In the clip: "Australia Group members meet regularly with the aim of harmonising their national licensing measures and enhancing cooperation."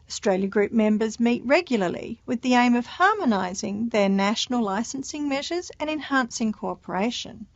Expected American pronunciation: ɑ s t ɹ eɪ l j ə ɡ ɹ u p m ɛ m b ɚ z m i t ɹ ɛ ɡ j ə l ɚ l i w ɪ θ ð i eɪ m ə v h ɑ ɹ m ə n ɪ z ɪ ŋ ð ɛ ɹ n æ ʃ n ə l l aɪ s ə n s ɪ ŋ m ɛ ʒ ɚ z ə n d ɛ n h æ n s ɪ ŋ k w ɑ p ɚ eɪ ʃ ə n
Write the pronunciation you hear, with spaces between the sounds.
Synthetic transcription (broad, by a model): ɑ s t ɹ eɪ l j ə ɡ ɹ u p m ɛ m b ɚ z m i t ɹ ɛ ɡ j l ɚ l i w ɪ ð i eɪ m ə v h ɑ ɹ m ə n ɪ z ɪ ŋ ð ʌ ɹ n æ ʃ n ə l l aɪ s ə n s ɪ ŋ m ɛ ʒ ɚ z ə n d ɛ n h æ n s ɪ ŋ k ɑ p ɚ eɪ ʃ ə n